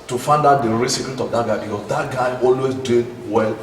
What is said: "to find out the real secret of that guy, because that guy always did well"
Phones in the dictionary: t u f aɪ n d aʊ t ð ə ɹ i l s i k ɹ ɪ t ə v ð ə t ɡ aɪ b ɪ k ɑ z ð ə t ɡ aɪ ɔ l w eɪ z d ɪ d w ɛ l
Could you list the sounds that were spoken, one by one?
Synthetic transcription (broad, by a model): t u f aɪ n d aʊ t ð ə ɹ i s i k l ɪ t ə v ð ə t ɡ aɪ b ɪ k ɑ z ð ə t ɡ aɪ ɔ l w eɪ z d ɪ d w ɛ l